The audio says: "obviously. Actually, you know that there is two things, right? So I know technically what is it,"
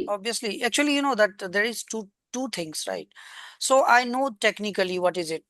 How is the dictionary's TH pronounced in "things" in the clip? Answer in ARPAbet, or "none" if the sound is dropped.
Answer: T